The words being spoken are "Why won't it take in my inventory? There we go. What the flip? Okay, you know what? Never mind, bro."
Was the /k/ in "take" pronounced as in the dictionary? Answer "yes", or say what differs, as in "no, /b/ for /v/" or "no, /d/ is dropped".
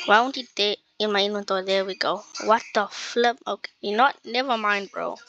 no, /k/ is dropped